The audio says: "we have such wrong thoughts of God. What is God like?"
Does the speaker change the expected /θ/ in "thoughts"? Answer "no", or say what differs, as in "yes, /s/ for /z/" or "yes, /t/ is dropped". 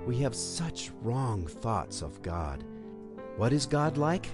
no